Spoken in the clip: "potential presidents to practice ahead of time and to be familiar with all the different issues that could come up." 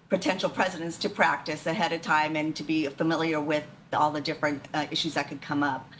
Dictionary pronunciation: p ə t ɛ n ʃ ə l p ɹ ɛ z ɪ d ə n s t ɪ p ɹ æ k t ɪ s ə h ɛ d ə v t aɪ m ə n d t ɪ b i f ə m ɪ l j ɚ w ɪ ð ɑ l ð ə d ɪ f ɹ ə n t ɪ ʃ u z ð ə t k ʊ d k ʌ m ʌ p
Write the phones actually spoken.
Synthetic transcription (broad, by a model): p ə t ɛ n ʃ l p ɹ ɛ z ɪ d ə n s t ɪ p ɹ æ k t ɪ s ə h ɛ d ə v t aɪ m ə n t ɪ b i f ə m ɪ l j ɚ w ɪ ð ɑ l ð ə d ɪ f ɹ ə n t ɪ ʃ u z ð ə t k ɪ d k ʌ m ʌ p